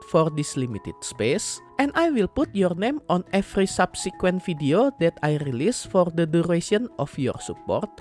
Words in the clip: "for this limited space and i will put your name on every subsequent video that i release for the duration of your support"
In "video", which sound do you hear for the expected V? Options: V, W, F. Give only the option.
F